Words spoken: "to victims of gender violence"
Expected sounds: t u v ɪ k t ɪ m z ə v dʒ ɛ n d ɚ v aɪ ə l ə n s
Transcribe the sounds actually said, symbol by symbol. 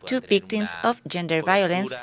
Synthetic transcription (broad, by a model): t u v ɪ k t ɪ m s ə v dʒ ɛ n d ɚ v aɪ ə l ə n s